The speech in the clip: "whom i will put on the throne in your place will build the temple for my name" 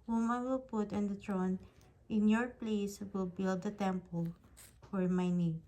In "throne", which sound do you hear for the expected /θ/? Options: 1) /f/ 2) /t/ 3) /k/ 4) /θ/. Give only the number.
2